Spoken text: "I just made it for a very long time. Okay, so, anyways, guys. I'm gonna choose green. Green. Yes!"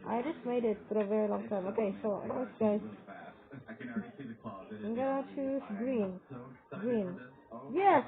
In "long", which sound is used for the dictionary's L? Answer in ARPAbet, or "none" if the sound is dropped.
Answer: L